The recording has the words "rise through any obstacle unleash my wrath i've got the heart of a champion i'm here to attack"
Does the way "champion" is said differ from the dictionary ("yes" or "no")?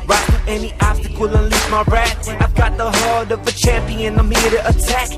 no